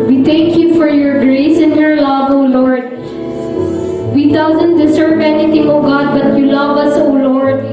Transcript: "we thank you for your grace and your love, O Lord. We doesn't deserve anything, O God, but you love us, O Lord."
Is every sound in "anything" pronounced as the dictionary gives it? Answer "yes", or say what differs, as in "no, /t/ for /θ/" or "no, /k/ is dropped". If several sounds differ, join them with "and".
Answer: no, /t/ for /θ/